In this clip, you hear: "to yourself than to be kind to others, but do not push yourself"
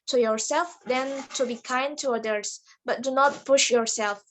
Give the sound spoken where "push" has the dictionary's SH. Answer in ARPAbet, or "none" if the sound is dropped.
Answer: SH